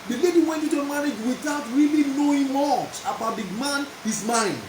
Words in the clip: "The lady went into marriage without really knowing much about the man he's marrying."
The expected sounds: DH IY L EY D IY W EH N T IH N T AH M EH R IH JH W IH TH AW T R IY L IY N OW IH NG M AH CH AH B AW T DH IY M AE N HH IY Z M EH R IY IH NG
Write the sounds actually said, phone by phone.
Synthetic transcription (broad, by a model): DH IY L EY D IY W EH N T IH T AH M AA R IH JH W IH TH AW T R IY L IY N OW IH NG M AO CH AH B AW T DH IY M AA N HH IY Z M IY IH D